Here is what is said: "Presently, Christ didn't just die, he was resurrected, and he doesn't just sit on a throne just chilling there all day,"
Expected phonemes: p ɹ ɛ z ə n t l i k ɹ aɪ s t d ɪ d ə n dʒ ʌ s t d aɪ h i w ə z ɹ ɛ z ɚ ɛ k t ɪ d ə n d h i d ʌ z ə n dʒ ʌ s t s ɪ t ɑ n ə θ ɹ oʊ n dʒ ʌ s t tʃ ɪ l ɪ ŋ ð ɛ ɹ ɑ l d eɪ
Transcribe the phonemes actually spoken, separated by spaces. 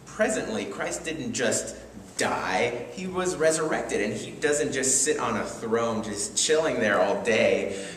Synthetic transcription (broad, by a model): p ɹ ɛ z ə n t l i k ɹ aɪ s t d ɪ d n dʒ ʌ s t d aɪ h i w ə z ɹ ɛ z ɚ ɛ k t ɪ d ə n i d ʌ z ə n dʒ ʌ s t s ɪ t n ə θ ɹ oʊ n dʒ ʌ s tʃ ɪ l ɪ ŋ ð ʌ ɹ ɑ l d eɪ